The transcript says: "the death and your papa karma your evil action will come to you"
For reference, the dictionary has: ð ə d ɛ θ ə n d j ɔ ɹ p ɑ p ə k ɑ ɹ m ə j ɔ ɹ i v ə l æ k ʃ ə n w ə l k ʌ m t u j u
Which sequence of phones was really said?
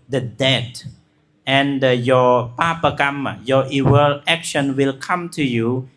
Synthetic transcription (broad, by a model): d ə d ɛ t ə n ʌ j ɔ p ɑ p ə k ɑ m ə j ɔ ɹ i w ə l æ k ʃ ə n w ə l k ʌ m t u j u